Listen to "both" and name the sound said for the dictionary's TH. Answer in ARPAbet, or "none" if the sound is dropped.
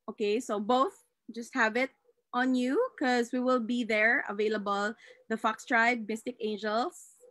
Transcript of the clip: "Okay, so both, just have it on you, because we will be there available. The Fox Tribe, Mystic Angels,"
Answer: TH